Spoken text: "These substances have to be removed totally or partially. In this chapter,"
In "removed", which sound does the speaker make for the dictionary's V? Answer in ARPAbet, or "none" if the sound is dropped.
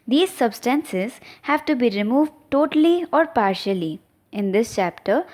V